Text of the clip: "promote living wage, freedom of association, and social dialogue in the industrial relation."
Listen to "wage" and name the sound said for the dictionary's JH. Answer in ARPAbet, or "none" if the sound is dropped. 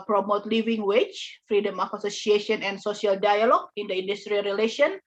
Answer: CH